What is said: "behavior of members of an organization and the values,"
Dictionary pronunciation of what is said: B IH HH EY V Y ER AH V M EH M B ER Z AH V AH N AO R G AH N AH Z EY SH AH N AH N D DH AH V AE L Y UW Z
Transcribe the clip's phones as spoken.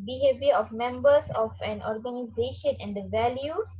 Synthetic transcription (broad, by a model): B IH HH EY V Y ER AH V M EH M B ER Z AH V AH N AO R G AH N AH Z EY SH AH N AH N D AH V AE L Y UW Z